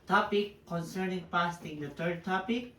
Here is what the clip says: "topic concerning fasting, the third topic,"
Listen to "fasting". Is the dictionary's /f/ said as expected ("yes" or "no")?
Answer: no